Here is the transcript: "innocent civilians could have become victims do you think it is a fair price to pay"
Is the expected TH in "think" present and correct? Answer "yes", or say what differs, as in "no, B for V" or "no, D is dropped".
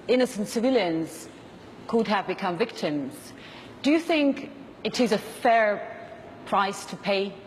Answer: yes